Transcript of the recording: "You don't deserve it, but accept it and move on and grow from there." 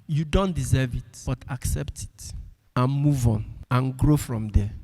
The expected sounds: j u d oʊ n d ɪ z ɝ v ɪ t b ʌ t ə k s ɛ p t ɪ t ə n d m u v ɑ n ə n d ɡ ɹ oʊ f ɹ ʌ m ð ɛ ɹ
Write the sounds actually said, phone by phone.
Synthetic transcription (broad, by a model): j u d oʊ n d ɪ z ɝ v ɪ t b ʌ t ə k s ɛ p t ɪ t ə n m u v ɑ n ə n ɡ ɹ oʊ f ɹ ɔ m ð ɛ